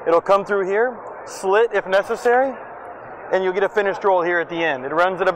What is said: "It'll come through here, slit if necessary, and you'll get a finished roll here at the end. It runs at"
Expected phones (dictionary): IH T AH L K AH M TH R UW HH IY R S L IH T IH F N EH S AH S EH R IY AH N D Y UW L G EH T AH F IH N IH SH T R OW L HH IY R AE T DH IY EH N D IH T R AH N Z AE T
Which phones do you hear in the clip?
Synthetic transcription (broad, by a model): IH T L K AH M TH R UW HH IY R S L IH T IH F N EH S AH S EH R IY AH N Y UW L G EH T AH F IH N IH SH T R OW L HH IY R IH T DH IY EH N D IH T R AH N Z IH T